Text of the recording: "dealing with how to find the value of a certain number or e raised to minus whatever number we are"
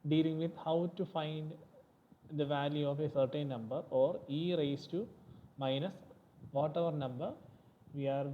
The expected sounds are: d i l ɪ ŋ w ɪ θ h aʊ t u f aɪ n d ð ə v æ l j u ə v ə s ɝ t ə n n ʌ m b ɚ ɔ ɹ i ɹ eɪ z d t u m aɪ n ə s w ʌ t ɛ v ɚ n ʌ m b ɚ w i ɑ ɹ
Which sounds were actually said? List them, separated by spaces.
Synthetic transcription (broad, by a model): d i l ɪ ŋ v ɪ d h aʊ t u f aɪ n d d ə v æ l j u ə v ə s ɝ t ə n n ʌ m b ɚ ɔ ɹ i ɹ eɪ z t u m aɪ n ə s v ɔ t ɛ v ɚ n ʌ m b ɚ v i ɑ ɹ